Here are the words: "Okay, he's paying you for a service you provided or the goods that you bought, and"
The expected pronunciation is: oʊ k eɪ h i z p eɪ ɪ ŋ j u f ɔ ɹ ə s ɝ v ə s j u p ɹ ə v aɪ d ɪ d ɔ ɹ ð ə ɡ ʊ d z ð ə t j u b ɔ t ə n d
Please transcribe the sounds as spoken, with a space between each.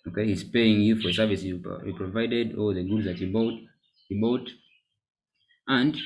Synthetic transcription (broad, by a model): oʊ k eɪ h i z p eɪ ɪ ŋ j u f ɔ ɹ ə s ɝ v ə s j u p ɹ ə v aɪ d ɪ d ɔ l ð ə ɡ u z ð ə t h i b ɔ t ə n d